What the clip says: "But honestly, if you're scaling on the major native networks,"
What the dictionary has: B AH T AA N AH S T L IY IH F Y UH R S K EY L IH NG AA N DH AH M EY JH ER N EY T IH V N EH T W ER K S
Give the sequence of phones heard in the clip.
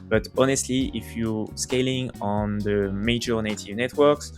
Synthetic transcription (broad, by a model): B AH T AA N AH S T L IY IH F Y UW S K EY L IH NG AA N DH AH M EY JH ER N EY T IH V N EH T W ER K S